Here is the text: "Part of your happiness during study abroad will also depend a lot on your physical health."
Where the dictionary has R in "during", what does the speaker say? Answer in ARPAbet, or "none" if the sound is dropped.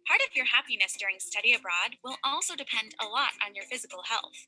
R